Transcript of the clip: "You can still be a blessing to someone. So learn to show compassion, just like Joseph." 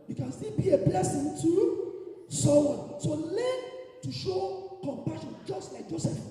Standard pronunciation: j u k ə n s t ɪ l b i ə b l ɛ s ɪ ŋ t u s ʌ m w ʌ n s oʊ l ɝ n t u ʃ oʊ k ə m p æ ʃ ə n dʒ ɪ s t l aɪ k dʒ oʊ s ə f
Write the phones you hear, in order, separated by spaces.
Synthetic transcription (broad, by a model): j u k ə n s t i l b i ə b l ɛ s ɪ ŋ t u s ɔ w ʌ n s oʊ l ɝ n t u ʃ oʊ k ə m p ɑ ʃ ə n dʒ ɪ s t l aɪ k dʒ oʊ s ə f